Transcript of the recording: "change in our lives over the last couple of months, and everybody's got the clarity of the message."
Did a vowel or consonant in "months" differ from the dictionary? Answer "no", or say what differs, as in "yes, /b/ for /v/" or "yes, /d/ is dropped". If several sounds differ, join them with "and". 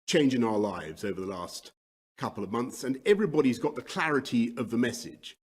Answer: no